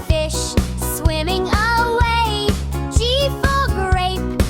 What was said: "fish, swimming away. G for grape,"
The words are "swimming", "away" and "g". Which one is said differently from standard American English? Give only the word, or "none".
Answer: g